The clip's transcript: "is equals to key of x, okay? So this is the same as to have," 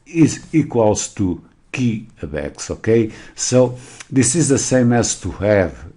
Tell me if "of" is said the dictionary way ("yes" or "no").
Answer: no